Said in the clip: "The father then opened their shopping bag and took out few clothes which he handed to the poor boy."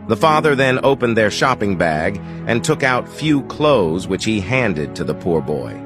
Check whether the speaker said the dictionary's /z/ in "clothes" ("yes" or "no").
yes